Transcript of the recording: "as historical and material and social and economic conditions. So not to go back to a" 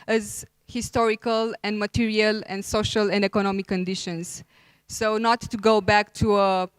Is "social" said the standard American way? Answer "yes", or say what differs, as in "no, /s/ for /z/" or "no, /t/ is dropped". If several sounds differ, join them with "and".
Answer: yes